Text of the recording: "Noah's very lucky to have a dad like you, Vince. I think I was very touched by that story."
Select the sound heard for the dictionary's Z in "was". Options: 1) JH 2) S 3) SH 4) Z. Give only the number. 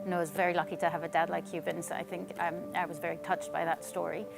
4